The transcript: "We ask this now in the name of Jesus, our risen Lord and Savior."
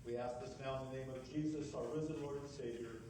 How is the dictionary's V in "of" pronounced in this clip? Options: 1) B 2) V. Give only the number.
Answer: 2